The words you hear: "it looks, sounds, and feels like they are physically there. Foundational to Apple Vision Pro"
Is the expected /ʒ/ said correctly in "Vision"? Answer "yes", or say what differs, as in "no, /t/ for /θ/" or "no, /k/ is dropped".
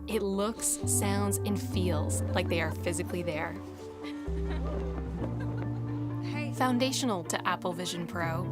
yes